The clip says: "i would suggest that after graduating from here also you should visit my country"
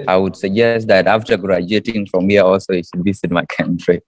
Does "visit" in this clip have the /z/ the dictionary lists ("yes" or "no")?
no